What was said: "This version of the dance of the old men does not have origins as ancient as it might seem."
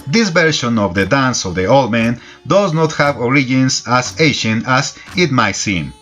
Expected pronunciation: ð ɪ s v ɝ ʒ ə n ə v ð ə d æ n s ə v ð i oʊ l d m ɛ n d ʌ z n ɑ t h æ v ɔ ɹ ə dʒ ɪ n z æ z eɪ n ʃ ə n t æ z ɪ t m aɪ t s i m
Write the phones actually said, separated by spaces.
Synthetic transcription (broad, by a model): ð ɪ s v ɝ ʃ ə n ə v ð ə d æ n s ə v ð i oʊ l d m ɛ n d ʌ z n ɑ t h æ v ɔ ɹ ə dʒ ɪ n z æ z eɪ ʃ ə n æ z ɪ t m aɪ t s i m